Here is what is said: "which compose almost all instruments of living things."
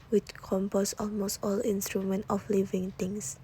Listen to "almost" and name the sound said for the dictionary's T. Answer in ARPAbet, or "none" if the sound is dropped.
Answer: T